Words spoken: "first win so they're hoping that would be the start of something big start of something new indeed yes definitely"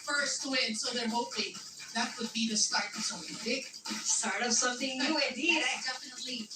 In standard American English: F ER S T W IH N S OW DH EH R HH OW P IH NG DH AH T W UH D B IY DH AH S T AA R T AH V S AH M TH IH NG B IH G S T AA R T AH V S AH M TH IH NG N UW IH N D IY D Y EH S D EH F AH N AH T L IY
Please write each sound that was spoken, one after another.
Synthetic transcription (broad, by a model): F ER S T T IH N S OW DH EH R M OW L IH DH AH T W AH D B IY DH AH S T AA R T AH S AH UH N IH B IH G S T AA R T AH V S AH M TH IH NG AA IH D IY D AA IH D EH F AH N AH T L IY